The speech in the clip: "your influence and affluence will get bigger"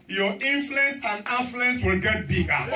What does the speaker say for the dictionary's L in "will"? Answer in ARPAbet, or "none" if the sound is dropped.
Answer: L